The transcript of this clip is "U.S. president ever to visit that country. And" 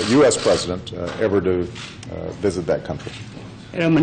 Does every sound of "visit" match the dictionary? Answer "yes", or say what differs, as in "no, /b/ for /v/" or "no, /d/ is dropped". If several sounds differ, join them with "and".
yes